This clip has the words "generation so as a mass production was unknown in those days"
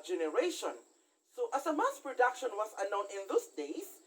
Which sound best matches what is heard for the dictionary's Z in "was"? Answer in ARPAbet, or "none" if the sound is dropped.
S